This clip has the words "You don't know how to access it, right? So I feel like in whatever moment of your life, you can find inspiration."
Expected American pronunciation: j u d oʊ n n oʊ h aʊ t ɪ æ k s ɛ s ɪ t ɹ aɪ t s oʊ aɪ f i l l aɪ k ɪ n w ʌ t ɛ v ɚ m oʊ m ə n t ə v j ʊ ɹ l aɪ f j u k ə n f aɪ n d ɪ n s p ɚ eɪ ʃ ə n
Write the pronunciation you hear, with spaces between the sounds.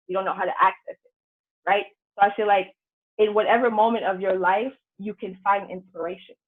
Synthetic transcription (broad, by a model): j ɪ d oʊ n n oʊ h aʊ t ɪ æ k s ɛ s ɪ t ɹ aɪ t s oʊ aɪ f i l l aɪ k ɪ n w ʌ t ɛ v ɚ m oʊ m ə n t ə v j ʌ ɹ l aɪ f j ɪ k ə n f aɪ n d ɪ n s p ɚ eɪ ʃ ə n